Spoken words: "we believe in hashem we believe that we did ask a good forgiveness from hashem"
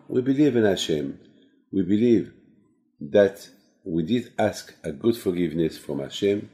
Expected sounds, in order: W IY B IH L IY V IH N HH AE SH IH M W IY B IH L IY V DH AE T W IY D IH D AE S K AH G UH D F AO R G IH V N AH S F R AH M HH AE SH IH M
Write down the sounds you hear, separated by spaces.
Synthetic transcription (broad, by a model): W IY B IH L IY V IH N HH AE SH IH M W IY B IH L IY V DH AE T W IY D IH D AE S K AH G UH D F AO R G IH V N AH S F R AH M HH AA SH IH M